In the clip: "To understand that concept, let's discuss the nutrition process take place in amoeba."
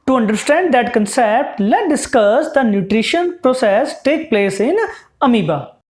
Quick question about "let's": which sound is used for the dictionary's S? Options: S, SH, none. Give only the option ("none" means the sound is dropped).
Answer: none